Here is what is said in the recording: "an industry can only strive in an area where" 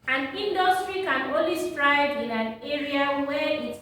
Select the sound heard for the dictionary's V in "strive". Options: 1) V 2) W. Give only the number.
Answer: 2